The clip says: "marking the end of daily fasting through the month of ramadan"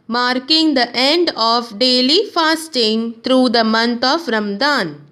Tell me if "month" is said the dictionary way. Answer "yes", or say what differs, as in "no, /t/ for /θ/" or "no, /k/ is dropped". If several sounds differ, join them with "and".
no, /t/ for /θ/